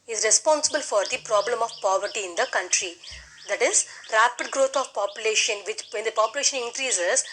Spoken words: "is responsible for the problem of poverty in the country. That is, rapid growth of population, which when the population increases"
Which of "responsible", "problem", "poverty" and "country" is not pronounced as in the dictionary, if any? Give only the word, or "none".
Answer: none